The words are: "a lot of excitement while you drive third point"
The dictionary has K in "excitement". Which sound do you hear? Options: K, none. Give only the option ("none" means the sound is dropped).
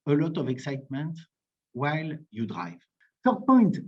K